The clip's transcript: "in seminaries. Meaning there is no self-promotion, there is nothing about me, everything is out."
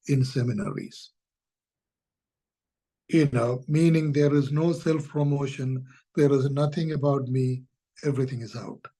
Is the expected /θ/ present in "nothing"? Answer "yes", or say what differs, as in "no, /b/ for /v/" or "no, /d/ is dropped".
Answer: no, /t/ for /θ/